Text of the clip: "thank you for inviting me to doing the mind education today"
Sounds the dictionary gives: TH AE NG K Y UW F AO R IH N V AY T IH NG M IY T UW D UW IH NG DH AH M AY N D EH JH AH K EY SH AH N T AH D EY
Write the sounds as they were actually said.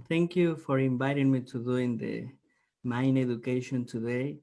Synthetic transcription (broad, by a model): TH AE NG K Y UW F AO R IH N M AY T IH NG M IY T UW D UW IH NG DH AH M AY N EH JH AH K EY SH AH N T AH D EY